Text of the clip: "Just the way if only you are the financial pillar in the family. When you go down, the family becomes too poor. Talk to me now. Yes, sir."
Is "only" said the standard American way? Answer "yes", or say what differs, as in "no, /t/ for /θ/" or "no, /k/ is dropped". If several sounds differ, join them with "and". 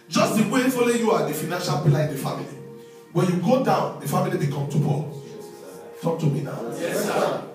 no, /n/ is dropped